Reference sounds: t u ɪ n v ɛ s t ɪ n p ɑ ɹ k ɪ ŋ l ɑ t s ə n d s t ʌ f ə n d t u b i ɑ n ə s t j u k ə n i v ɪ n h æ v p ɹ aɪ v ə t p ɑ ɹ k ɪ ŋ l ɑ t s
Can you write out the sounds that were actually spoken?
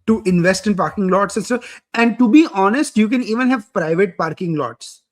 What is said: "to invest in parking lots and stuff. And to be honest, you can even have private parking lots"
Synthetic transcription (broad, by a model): t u ɪ n v ɛ s t ɪ n p ɑ ɹ k ɪ ŋ l ɑ t s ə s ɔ ə n d t u b i ɑ n ə s t j u k ə n i v ɪ n h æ v p ɹ aɪ v ə t p ɑ ɹ k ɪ ŋ l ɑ t s